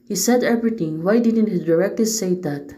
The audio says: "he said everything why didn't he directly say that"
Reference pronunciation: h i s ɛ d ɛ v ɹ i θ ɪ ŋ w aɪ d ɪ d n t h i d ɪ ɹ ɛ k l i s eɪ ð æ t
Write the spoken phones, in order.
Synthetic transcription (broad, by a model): h i s ɛ d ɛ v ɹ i t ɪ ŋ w aɪ d ɪ d n t h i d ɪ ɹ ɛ k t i s eɪ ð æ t